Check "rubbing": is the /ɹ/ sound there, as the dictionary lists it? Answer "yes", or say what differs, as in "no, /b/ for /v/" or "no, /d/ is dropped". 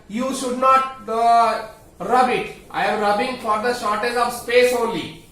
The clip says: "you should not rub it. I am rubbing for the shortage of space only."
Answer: yes